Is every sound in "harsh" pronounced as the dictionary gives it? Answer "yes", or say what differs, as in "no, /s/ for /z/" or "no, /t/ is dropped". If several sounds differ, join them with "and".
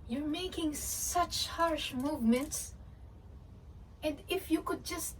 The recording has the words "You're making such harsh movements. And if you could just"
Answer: yes